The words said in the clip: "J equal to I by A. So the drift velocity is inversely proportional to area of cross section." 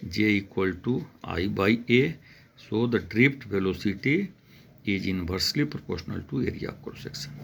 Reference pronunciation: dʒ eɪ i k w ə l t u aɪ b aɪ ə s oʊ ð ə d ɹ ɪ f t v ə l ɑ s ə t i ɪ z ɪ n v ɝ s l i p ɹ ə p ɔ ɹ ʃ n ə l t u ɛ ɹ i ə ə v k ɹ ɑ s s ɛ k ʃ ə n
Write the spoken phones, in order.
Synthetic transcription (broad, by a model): dʒ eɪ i k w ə l t u aɪ b aɪ ə s oʊ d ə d ɹ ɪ p t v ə l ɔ s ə t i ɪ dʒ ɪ n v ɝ s l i p ɹ ə p ɔ ɹ ʃ n ə l t u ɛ ɹ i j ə k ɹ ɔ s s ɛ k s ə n